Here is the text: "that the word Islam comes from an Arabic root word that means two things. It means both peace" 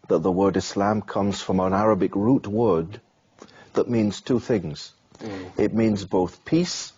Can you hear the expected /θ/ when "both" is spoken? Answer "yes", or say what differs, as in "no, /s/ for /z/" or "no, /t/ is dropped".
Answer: yes